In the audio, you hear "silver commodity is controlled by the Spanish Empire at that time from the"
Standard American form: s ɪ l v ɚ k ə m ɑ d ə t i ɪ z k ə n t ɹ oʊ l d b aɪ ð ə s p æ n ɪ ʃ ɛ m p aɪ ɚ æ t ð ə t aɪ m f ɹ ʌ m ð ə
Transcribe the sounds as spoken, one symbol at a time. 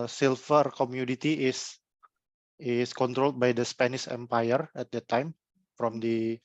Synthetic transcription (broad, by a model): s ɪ l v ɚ k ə m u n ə t i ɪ s k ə n t ɹ oʊ l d b aɪ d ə s p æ n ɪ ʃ ɛ m p aɪ ɚ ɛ t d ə t aɪ m f ɹ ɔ m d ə